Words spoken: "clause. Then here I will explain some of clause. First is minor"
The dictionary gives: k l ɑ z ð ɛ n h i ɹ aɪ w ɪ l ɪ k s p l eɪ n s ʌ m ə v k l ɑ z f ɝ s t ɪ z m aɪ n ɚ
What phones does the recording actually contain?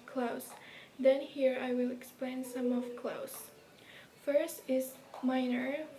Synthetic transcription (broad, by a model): k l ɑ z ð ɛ n h i ɹ aɪ w ɪ l ɪ k s p l eɪ n s ʌ m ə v k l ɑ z f ɝ s t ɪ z m aɪ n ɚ